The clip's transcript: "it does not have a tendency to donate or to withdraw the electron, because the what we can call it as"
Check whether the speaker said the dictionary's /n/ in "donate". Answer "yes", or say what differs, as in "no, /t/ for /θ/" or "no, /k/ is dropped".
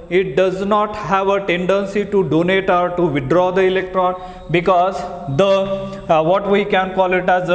yes